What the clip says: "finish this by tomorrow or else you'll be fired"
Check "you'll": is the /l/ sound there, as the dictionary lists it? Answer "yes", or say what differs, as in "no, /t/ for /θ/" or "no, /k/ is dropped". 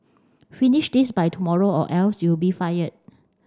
no, /w/ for /l/